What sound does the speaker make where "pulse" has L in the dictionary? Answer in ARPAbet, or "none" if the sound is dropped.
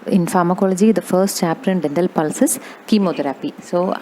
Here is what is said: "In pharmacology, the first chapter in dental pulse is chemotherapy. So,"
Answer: L